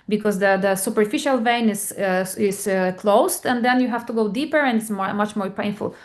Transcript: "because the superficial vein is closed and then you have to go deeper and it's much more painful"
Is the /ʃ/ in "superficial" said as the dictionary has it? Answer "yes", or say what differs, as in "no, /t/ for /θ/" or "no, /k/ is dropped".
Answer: yes